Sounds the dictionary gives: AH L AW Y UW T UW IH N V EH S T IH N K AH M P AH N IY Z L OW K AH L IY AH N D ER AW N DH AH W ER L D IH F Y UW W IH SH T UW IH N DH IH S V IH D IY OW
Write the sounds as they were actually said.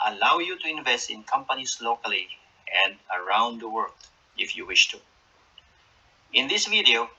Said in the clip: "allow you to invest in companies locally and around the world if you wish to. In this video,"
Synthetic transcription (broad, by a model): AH L AW Y UW T UW IH N V EH S T IH N K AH M P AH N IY S L OW K AH L IY AH N D ER AW N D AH W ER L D IH F Y UW W IH SH T UW IH N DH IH S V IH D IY OW